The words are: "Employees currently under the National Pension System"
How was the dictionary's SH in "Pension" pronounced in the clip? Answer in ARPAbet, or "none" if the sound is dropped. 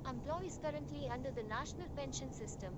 SH